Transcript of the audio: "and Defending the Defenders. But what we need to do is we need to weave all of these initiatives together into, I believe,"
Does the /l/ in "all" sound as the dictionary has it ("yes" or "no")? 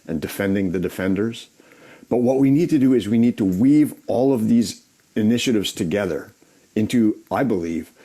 yes